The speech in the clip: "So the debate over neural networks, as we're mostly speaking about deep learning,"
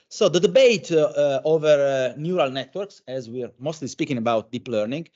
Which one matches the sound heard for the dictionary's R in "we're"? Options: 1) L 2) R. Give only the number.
2